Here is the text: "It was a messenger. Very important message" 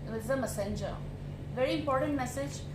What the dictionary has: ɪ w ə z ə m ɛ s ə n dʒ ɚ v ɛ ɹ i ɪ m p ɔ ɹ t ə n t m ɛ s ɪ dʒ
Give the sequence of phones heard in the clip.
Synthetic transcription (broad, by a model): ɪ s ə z ə m ɛ s ə n dʒ ɚ v ɛ ɹ i ɪ m p ɔ ɹ t ə n t m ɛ s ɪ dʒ